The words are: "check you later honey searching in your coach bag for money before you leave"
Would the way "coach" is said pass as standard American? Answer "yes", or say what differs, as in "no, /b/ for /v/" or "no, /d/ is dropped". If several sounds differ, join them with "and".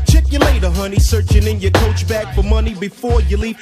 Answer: yes